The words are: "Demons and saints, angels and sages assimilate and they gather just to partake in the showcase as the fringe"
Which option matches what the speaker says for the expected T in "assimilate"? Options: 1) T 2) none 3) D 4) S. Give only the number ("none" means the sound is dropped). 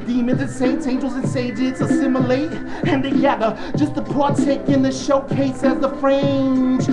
1